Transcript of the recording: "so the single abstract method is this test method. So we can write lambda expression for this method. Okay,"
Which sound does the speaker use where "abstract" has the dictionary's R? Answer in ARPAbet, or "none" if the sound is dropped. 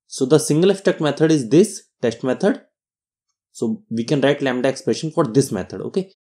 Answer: none